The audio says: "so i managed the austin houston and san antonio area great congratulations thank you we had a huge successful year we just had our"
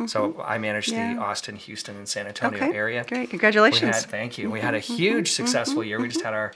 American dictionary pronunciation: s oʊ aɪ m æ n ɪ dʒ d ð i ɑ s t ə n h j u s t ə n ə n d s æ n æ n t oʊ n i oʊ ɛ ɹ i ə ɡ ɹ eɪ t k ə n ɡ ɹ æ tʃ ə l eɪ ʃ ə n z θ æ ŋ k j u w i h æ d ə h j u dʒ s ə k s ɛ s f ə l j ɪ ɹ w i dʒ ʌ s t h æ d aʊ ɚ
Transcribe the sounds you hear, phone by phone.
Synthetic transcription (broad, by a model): s oʊ aɪ m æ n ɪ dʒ ð i ɑ s t ə n h j u s t ə n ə n s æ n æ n t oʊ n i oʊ ɛ ɹ i ə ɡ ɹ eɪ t k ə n ɡ ɹ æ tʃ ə l eɪ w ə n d θ æ ŋ k j u w i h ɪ d ə h j u dʒ s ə k s ɛ s f l j ɪ ɹ w i dʒ ʌ s t h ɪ d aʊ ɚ